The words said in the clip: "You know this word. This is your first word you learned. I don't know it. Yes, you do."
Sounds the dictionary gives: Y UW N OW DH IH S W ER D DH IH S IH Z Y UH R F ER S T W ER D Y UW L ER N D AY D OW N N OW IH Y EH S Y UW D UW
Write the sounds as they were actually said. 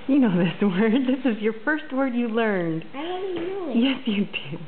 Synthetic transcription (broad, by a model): Y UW N OW DH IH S W ER D DH IH S IH Z Y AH R F ER S T W ER D Y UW L ER N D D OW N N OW Y EH S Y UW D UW